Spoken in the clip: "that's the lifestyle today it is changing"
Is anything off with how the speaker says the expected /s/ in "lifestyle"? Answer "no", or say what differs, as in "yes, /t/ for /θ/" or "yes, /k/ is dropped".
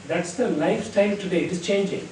yes, /s/ is dropped